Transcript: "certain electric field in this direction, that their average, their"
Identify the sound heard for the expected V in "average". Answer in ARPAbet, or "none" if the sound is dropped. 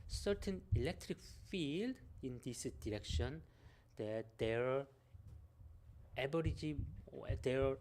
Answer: B